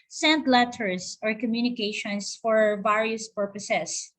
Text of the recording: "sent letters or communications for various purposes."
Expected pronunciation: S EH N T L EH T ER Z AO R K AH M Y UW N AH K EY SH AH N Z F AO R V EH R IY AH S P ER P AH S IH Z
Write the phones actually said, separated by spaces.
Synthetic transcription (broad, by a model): S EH N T L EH T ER S AO R K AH M Y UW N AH K EY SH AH N S F AO R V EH R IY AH S P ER P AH S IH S